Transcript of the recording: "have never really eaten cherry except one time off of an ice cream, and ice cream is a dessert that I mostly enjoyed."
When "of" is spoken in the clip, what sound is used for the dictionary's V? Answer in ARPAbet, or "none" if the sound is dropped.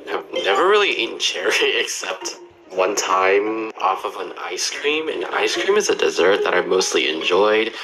V